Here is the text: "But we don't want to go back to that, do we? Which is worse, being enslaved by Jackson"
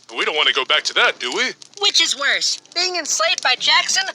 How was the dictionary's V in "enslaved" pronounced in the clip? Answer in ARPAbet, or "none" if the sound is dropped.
none